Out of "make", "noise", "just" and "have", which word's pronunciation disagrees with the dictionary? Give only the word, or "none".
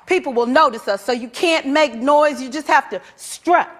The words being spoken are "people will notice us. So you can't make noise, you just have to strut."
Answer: have